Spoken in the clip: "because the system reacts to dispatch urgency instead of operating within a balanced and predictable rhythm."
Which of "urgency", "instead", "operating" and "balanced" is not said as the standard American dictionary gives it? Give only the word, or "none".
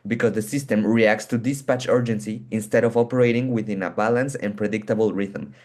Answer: balanced